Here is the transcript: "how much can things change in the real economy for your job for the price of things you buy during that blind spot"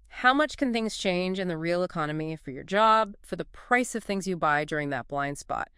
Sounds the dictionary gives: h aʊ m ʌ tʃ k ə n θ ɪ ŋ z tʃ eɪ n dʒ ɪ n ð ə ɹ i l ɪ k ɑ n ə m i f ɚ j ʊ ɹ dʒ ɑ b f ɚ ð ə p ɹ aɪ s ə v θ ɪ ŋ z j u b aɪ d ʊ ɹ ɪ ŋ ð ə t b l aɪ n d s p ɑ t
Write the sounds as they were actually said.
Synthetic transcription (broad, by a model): h aʊ m ʌ tʃ k ə n θ ɪ ŋ z tʃ eɪ n dʒ ɪ n ð ə ɹ i l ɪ k ɑ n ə m i f ɚ j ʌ ɹ dʒ ɑ b f ɚ ð ə p ɹ aɪ s ə v θ ɪ ŋ z j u b aɪ d ʊ ɹ ɪ ŋ ð ə t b l aɪ n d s p ɑ t